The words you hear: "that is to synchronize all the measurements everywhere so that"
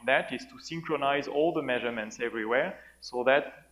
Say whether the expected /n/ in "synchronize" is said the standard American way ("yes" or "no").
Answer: yes